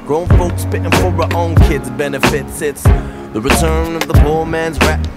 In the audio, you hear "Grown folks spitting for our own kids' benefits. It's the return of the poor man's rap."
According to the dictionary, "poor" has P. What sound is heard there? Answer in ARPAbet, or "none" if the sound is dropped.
B